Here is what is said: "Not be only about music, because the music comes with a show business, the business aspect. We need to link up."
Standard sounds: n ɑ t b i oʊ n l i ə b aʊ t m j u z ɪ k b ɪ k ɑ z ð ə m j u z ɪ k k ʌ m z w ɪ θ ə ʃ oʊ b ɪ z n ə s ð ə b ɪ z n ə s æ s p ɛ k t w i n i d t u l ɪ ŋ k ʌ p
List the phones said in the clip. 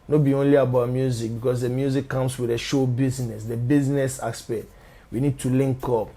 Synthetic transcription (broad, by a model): n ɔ b i oʊ n l i ə b aʊ t m j u z ɪ k b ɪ k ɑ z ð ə m j u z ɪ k k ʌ m s w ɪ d ə ʃ oʊ b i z n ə s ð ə b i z n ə s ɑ s p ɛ t w i n i d t u l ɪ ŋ k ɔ p